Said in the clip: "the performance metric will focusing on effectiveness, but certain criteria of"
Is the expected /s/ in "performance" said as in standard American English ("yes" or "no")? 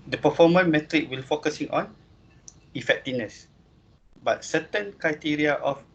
no